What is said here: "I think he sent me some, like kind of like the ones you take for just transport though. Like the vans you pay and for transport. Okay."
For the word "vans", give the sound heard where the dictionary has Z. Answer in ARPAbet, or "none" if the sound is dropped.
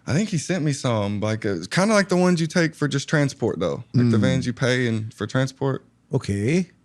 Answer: Z